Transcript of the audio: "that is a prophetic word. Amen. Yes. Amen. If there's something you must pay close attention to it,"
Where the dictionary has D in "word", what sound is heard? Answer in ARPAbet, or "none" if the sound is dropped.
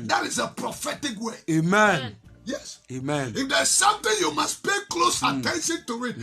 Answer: none